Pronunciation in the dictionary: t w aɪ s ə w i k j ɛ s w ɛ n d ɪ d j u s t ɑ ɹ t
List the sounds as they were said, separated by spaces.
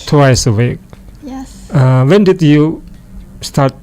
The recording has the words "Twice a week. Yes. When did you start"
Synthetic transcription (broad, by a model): t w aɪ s ə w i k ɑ w ɛ n d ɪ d j u s t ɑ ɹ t